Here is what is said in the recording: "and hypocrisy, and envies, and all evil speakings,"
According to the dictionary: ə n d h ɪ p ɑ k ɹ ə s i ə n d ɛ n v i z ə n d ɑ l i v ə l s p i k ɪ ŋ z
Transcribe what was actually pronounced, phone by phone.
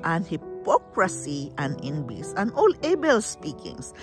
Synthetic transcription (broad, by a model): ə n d h ɪ p ɑ k ɹ ə s i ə n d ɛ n b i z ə n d ɑ l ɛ b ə l s p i k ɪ ŋ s